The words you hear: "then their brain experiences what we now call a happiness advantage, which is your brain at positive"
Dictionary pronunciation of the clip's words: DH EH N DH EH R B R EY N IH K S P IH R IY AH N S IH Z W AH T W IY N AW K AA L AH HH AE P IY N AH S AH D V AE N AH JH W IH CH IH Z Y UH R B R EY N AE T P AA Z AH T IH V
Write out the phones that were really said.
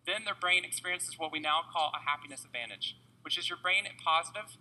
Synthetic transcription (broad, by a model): DH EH N DH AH R B R EY N IH K S P IH R IY AH N S IH Z W AH T W IY N AW K AA L AH HH AE P IY N AH S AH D V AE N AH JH W IH CH IH Z Y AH R B R EY N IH P AA Z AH T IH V